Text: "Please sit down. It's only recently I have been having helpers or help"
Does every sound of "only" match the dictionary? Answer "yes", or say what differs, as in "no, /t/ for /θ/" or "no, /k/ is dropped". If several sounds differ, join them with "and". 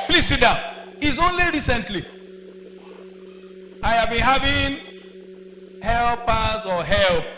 yes